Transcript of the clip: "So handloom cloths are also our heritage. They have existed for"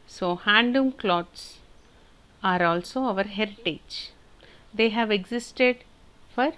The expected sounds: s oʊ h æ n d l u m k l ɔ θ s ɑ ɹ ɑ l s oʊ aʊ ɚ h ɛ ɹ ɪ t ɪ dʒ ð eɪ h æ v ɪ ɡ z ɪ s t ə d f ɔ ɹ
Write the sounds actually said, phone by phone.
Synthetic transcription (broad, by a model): s oʊ h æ n d u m k l ɔ t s ɑ ɹ ɑ l s oʊ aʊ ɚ h ɛ ɹ ɪ t ɪ dʒ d eɪ h æ v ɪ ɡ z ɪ s t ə d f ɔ ɹ